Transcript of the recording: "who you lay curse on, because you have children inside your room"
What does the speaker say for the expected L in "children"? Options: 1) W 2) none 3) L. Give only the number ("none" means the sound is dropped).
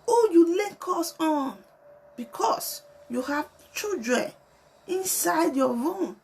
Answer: 2